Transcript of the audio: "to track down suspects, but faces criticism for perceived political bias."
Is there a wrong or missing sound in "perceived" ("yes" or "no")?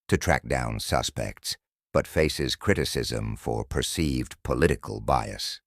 no